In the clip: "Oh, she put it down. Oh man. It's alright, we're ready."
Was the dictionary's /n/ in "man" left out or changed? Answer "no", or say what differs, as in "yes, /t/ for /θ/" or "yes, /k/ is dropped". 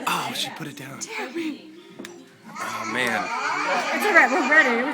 no